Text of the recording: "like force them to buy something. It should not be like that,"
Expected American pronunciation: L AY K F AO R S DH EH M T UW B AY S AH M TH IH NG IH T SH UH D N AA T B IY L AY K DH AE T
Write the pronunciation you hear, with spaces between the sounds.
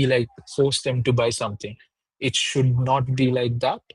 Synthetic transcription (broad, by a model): L AY K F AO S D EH M T UW B AY S AH M T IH NG IH T SH UH D N AA T B IY L AY K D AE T